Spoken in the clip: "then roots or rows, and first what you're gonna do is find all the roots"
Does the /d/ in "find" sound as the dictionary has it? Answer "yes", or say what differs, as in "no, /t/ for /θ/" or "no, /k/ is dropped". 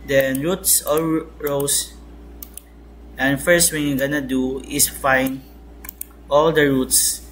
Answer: no, /d/ is dropped